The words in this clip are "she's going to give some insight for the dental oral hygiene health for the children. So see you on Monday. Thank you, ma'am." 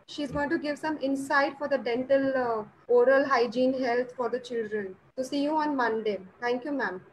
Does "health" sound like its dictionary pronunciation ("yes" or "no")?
no